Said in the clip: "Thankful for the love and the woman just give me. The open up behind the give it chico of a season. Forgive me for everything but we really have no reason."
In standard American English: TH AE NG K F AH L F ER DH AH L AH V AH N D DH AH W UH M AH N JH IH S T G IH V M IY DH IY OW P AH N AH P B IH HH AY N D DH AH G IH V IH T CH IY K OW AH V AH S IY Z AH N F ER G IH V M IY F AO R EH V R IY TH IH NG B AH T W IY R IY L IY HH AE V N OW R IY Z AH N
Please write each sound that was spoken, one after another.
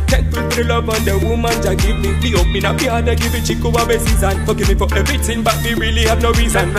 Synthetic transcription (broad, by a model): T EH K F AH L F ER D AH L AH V AH N D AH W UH M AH N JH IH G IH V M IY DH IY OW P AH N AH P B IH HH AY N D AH G IH V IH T CH IY K OW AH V AH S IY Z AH N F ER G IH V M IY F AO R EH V R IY T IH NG B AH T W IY R IY L IY HH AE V N OW R IY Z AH N